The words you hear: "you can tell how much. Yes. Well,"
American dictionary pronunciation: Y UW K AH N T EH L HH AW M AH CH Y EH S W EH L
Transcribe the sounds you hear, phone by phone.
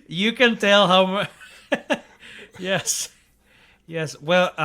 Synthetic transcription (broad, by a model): Y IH K AH N T EH L HH AW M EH S Y EH S W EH L